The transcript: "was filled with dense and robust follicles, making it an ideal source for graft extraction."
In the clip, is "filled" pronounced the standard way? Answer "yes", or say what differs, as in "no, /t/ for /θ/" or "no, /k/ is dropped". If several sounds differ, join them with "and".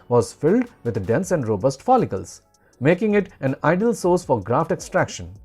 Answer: yes